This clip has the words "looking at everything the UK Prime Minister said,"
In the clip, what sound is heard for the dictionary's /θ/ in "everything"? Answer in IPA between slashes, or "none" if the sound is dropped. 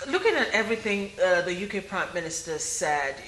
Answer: /θ/